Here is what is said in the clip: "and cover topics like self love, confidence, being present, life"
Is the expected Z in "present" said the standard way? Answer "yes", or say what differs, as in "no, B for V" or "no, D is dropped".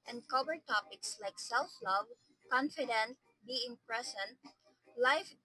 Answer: no, S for Z